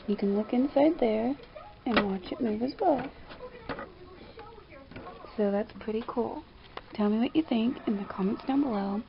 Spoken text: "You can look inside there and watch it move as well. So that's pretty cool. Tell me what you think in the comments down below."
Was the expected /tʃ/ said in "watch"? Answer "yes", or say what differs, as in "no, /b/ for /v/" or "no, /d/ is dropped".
yes